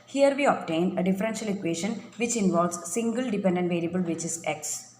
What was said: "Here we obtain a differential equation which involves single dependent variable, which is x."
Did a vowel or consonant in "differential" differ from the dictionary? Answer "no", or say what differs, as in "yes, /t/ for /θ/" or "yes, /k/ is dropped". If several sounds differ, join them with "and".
no